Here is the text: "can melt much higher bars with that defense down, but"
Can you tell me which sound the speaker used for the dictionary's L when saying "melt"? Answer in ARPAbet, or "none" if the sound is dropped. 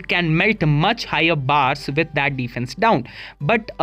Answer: L